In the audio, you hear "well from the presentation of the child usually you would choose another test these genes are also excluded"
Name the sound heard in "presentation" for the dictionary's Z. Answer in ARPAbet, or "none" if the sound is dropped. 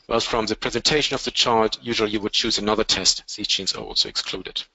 Z